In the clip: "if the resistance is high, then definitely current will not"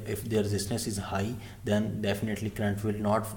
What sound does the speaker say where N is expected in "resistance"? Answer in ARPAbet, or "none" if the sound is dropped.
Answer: none